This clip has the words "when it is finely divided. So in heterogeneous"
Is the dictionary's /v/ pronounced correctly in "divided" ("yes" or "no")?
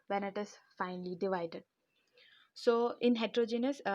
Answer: yes